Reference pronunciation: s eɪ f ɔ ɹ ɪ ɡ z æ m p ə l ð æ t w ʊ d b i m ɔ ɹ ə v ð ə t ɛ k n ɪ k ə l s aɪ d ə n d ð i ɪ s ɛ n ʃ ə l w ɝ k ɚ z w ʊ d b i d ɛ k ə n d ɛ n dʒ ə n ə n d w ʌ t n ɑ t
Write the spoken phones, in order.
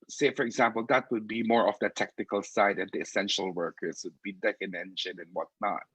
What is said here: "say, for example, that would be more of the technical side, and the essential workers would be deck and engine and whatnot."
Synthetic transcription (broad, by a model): s eɪ f ɔ ɹ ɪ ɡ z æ m p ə l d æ t w ʊ d b i m ɔ ɹ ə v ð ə t ɛ k n ɪ k ə l s aɪ d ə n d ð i ɪ s ɛ n ʃ ə l w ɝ k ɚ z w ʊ d b i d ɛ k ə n ɛ n dʒ ə n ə n w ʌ t n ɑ t